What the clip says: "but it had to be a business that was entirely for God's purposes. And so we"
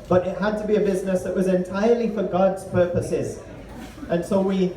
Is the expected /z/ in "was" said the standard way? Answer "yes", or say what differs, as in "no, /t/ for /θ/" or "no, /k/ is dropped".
yes